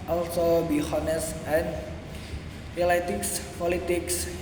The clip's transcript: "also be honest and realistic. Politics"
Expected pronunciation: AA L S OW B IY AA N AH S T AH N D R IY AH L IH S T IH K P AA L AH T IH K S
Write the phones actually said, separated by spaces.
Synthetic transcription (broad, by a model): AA L S OW B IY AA N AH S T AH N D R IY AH L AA T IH K P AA L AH T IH K S